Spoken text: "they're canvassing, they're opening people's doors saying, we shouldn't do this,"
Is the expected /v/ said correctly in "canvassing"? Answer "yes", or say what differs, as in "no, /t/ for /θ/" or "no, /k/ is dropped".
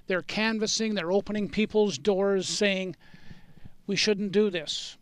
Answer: yes